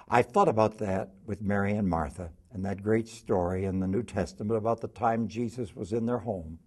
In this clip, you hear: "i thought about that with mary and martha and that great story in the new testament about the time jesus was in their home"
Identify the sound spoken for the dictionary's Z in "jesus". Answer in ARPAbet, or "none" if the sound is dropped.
Z